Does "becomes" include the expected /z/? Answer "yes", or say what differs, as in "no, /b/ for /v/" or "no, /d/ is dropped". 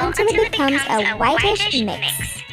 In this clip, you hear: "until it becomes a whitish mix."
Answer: yes